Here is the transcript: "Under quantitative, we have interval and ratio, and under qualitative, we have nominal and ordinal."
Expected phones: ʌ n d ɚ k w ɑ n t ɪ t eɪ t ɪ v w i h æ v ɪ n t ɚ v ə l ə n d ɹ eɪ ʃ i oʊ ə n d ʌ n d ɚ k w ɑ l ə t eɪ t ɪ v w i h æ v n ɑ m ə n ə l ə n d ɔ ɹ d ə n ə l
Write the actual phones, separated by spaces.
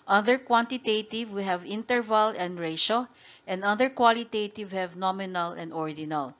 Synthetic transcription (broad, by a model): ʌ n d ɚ k w ɑ n t ɪ t eɪ t ɪ v w i h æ v ɪ n t ɚ v ə l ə n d ɹ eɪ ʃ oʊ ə n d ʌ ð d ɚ k w ɑ l ə t eɪ t ɪ v h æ v n ɑ m ə n ə l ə n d ɔ ɹ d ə n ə l